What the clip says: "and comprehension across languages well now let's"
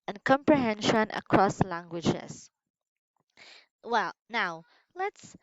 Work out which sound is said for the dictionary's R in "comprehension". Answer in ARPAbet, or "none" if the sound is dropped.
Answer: R